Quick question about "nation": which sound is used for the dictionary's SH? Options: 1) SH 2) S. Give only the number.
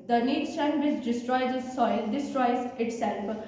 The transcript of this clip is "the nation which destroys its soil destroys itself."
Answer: 2